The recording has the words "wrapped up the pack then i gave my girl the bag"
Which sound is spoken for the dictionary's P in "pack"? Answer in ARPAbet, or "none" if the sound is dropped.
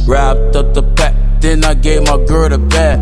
B